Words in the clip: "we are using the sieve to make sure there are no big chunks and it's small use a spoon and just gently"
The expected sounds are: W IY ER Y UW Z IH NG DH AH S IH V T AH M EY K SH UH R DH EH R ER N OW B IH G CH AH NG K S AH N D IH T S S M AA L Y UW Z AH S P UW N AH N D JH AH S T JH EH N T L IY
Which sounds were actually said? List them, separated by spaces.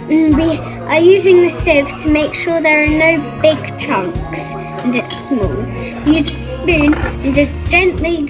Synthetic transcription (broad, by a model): W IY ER Y UW Z IH NG DH AH S IH V T AH M EY K SH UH R DH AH R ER N OW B IH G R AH NG K S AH N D IH T S S M AA L Y UW Z AH S P UW N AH N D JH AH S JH EH N T L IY